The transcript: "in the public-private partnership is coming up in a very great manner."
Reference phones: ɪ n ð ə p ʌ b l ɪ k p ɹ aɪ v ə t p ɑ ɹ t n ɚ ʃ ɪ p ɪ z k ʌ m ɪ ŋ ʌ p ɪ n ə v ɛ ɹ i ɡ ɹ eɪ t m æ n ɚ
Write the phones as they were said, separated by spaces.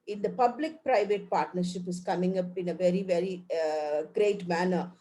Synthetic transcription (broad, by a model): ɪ n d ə p ʌ b l ɪ k p ɹ aɪ v ə t p ɑ ɹ t n ɚ ʃ ɪ p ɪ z k ʌ m ɪ ŋ ʌ p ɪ n ə v ɛ ɹ i ɡ ɹ eɪ t m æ n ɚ